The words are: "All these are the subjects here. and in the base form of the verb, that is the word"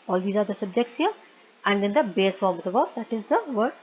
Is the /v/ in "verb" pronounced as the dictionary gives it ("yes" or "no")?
no